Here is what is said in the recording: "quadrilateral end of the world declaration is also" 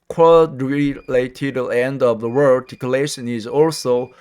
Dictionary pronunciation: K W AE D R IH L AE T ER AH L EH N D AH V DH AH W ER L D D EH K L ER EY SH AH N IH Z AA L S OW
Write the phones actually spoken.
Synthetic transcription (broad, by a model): K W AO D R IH L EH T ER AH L EH N D AH V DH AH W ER D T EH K L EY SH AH N IH Z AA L S OW